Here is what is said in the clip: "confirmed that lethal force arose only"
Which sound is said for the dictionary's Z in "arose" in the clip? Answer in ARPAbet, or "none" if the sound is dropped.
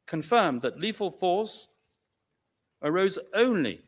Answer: Z